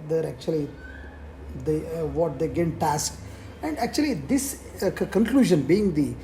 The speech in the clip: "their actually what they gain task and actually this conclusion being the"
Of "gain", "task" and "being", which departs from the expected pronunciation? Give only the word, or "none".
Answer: none